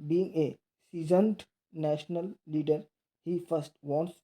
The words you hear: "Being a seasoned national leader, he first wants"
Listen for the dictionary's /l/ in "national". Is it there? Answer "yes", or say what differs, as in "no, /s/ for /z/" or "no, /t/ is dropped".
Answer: yes